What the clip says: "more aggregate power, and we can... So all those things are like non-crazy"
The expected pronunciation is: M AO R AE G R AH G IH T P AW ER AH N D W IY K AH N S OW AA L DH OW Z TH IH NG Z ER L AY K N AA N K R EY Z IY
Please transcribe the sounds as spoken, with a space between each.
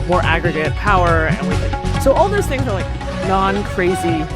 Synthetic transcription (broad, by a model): M AO R AE G R AH G IH T P AW ER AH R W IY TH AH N S OW AA L DH OW Z TH IH NG Z ER L AY K N AA N K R EY Z IY